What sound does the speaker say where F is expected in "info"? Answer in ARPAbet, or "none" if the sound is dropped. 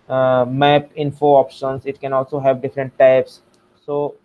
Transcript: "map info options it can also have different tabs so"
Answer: F